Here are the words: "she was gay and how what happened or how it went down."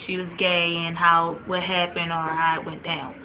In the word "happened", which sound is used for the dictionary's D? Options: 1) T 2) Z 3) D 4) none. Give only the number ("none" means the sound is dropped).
4